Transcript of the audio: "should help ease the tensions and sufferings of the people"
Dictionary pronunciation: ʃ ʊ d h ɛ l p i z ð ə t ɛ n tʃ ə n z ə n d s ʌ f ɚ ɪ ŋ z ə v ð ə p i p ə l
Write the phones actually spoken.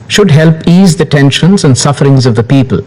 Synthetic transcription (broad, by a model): ʃ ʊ d h ɛ l p i z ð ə t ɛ n ʃ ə n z ə n d s ʌ f ɚ ɪ ŋ z ə v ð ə p i p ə l